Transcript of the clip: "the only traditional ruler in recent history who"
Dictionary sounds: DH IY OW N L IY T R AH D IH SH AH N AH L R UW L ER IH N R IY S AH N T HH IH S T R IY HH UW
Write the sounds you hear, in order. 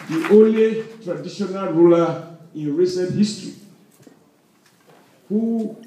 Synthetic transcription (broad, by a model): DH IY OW L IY T R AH D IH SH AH N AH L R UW L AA IH N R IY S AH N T HH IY S T R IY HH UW